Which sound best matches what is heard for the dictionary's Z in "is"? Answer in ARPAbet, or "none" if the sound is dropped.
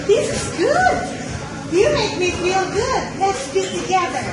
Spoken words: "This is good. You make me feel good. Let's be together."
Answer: Z